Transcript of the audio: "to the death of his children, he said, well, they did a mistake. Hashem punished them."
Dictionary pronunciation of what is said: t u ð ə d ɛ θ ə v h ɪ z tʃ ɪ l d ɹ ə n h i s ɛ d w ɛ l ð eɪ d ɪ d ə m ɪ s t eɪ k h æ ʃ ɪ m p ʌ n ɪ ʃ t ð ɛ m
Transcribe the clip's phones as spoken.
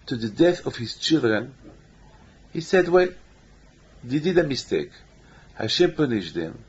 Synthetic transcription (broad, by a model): t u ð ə d ɛ θ ə v h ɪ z tʃ ɪ l d ɹ ə n h i s ɛ d w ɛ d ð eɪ d ɪ d ə m ɪ s t eɪ k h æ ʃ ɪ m p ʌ n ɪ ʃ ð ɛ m